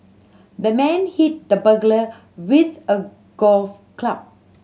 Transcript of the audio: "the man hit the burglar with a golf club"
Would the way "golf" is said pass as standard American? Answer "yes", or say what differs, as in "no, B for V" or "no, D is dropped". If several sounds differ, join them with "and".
yes